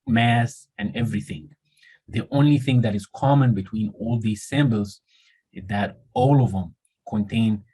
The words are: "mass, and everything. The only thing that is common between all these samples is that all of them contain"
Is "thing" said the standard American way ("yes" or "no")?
yes